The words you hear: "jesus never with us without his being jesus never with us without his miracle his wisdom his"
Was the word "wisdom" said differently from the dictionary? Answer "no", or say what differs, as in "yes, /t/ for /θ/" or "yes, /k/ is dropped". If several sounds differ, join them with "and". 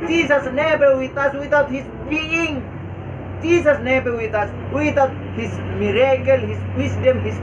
yes, /s/ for /z/